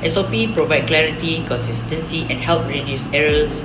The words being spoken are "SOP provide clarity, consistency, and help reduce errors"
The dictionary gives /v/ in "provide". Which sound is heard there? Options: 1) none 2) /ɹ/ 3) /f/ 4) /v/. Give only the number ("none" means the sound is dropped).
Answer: 4